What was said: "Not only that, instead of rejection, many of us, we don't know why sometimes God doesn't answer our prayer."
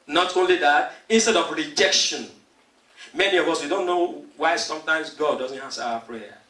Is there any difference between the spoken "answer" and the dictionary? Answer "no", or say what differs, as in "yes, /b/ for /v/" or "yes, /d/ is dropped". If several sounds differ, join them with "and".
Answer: yes, /n/ is dropped